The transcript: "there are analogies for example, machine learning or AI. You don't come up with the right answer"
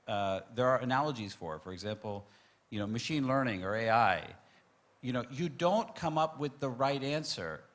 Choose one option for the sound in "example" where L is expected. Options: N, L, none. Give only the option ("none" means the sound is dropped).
N